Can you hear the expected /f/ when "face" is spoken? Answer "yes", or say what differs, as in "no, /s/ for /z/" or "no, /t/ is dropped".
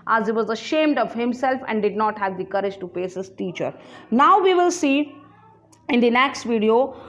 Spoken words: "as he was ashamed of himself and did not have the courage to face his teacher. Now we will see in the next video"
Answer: no, /p/ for /f/